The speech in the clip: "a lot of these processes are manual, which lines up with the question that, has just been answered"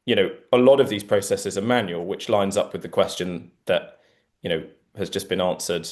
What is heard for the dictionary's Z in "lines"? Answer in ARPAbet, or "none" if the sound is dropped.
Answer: Z